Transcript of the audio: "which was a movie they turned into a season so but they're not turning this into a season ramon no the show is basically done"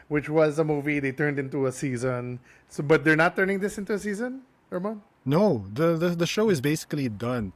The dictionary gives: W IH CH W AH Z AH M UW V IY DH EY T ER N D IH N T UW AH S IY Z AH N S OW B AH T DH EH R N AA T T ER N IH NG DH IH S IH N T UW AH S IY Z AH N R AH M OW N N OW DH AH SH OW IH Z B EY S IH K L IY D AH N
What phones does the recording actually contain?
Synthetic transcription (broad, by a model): W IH CH W AH Z AH M UW V IY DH EY T ER N D IH N T UW AH S IY Z AH N S OW B AH T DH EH R N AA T T ER N IH NG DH IH S IH N T UW AH S IY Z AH N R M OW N N OW DH AH SH OW IH Z B EY S IH K L IY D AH N